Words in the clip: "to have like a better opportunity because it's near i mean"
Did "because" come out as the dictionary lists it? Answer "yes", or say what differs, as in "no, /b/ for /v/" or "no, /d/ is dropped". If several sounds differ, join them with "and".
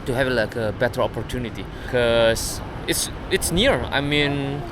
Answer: no, /s/ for /z/